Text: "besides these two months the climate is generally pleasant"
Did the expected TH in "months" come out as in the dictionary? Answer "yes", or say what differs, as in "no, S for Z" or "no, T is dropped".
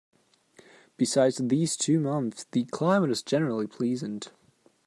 yes